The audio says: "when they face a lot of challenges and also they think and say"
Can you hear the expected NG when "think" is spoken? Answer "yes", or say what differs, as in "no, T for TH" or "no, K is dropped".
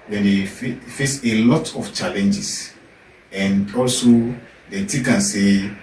no, NG is dropped